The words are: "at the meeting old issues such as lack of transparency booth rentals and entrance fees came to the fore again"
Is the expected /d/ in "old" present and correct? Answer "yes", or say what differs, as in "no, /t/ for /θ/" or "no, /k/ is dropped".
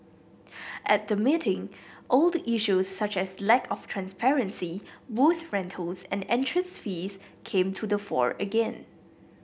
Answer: yes